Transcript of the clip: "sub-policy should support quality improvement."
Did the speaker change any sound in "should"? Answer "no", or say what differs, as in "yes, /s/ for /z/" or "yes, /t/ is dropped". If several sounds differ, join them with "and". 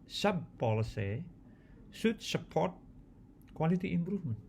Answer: yes, /s/ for /ʃ/